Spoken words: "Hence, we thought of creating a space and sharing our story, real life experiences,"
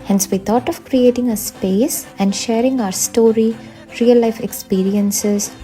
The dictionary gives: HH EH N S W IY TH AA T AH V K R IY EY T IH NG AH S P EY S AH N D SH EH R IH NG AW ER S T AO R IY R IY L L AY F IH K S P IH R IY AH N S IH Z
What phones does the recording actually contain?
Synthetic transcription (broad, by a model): HH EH N S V IY T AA T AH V K R IY EY T IH NG AH S P EY S AH N D SH EH R IH NG AW ER S T AO R IY R IY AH L AY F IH K S P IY R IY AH N S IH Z